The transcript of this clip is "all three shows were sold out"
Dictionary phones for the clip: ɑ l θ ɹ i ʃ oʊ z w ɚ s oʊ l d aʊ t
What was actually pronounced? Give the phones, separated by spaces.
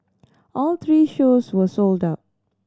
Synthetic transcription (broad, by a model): ɑ l t ɹ i ʃ oʊ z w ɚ s oʊ l d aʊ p